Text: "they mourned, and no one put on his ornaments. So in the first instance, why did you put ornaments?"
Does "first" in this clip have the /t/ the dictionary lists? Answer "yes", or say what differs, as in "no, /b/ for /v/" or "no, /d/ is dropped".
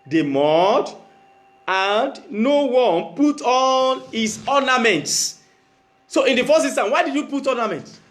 no, /t/ is dropped